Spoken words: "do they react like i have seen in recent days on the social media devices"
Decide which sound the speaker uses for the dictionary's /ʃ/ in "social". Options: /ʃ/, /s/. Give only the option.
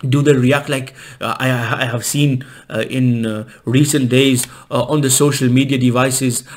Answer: /ʃ/